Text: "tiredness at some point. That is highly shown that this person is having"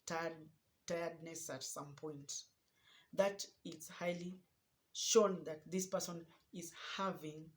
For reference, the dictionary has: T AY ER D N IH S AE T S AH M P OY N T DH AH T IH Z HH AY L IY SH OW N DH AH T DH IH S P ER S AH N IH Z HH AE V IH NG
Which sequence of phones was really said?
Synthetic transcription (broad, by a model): T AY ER D N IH S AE T S AH M P OY N T DH AH T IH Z HH AY L IY SH OW N DH AH T DH IH S P ER S AH N IH Z HH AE V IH NG